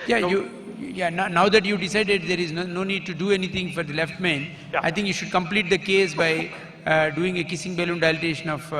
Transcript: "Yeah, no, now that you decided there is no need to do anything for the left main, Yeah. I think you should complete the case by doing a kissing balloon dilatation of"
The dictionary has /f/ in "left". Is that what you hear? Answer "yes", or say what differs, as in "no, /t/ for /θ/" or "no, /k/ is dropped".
yes